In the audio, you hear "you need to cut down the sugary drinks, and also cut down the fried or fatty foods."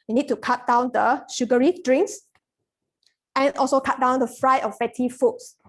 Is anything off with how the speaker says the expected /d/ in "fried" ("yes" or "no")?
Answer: yes